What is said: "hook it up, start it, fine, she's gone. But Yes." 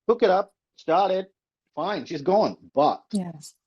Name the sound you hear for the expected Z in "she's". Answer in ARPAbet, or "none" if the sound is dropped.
Z